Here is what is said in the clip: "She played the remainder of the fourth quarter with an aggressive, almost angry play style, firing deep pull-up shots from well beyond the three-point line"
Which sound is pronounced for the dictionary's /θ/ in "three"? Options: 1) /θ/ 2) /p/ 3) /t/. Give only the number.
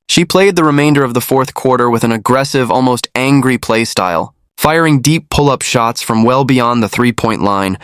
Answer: 1